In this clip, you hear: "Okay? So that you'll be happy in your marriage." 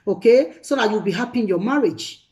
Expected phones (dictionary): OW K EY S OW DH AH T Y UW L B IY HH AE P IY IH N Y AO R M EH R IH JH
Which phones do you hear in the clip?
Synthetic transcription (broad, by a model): OW K EY S OW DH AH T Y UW W B IY HH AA P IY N Y AO M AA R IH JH